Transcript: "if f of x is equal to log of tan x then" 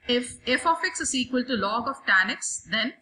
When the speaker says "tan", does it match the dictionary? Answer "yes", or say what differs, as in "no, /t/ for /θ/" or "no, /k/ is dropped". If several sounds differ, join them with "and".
yes